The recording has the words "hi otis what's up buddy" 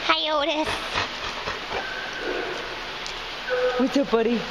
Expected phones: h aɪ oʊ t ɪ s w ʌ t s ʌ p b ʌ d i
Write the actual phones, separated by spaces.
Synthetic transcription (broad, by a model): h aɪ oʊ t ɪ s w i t ʌ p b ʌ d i